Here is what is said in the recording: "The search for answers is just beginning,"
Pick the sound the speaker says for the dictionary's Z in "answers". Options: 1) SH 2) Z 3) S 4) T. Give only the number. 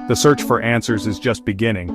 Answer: 2